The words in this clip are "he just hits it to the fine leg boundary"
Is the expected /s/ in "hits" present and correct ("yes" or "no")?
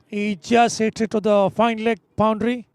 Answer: no